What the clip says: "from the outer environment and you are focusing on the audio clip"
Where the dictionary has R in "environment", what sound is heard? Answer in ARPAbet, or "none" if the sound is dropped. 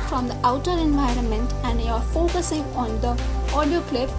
R